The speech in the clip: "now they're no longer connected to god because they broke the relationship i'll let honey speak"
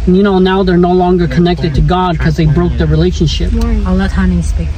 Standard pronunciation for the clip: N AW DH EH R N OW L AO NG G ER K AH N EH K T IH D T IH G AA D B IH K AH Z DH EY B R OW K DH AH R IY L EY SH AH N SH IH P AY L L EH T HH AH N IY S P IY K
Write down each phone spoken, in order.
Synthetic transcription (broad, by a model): N AW DH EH R N OW L AO NG G ER K AH N EH K T IH D T IH G AA D K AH Z DH EY B R OW K DH AH R IY L EY SH AH N SH IH P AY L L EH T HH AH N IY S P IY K